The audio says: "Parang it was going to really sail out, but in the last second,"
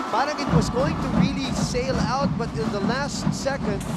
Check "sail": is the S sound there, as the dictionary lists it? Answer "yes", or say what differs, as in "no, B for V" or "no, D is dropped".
yes